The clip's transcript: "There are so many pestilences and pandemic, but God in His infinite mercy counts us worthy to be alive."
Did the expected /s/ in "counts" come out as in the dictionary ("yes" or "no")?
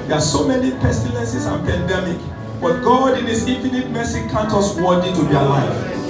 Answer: no